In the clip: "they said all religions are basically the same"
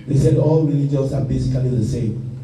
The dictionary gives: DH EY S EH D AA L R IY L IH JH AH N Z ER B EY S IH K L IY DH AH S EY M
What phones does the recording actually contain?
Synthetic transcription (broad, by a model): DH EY S EH D AA L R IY L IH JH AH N S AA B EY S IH K L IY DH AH S EY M